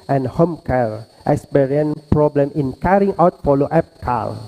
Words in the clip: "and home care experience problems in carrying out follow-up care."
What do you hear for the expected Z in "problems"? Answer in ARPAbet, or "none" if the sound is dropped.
none